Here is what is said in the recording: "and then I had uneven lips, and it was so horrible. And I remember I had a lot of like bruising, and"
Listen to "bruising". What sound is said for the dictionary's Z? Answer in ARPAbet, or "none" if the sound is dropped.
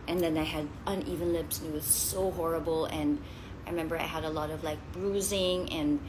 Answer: Z